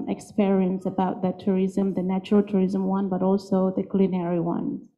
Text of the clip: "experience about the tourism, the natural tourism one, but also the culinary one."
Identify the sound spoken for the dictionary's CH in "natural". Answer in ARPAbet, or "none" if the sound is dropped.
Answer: CH